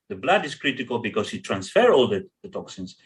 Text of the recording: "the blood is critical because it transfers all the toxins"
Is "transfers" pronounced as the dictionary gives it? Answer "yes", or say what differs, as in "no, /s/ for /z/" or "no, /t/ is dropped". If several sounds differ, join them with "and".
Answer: no, /z/ is dropped